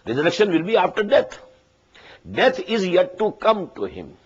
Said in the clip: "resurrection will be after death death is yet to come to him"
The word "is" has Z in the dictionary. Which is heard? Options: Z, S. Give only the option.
Z